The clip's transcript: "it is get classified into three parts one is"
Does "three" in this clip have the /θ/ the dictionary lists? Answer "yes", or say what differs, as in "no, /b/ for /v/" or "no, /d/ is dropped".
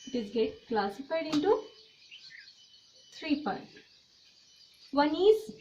no, /t/ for /θ/